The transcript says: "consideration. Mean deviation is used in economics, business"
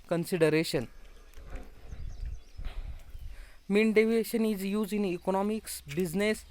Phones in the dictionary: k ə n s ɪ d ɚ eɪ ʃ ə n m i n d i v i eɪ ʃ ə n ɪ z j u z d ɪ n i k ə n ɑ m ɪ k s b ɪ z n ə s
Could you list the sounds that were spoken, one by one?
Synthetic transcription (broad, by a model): k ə n s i d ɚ eɪ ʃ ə n m i n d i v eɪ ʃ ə n ɪ z j u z ɪ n i k ə n ɑ m ɪ k s b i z n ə s